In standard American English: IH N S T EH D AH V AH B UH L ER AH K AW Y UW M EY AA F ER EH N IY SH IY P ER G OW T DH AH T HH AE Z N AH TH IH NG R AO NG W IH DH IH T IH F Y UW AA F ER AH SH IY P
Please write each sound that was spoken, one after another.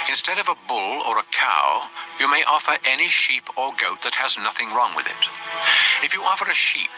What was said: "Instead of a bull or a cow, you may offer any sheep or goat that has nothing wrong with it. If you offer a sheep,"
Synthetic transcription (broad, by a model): IH N S T EH D AH V AH B UH L ER AH K AW Y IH M EY AA F ER EH N IY SH IY P ER G OW T DH AH T HH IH Z N AH TH IH NG R AO NG W IH DH IH T IH F Y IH AA F ER AH SH IY P